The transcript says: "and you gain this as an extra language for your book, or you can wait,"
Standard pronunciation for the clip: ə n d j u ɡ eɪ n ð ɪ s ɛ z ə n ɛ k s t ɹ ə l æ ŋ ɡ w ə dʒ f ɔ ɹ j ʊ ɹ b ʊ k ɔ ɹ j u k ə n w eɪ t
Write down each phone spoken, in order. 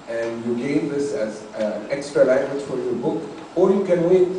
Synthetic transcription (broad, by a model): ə n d j u ɡ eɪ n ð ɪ s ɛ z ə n ɛ k s t ɹ ə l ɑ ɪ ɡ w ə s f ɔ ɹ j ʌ b ʊ k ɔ l j u k ə n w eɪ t